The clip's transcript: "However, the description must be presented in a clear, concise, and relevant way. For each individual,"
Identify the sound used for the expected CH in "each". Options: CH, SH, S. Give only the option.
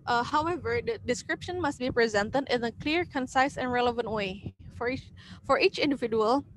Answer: CH